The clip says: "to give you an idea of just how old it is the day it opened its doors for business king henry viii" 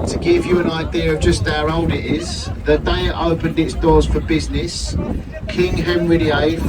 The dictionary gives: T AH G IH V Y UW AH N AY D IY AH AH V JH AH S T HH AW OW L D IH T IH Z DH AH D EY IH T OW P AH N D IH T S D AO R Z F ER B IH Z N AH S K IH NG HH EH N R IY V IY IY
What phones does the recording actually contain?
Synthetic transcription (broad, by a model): T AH G IH V Y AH AH N AY D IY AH AH V JH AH S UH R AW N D IH T IH Z DH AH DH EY IH T OW P AH N D IH T S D AO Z F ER B IH Z N AH S K IH NG HH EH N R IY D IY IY